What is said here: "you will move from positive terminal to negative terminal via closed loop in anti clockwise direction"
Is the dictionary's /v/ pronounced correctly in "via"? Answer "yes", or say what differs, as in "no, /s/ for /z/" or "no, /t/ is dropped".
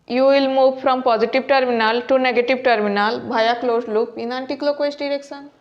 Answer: no, /b/ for /v/